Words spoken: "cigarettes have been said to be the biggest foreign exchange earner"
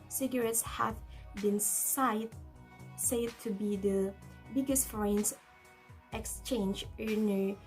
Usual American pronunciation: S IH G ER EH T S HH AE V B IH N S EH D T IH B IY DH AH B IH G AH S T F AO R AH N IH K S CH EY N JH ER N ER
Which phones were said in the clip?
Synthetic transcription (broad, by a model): S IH G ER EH T S HH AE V B IH N S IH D T IH B IY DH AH B IH G AH S T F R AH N IH K S CH EY N JH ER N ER